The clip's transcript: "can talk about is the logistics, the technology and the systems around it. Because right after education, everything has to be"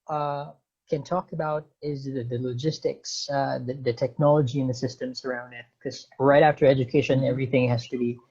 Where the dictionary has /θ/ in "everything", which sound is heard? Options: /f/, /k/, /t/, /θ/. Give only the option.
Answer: /θ/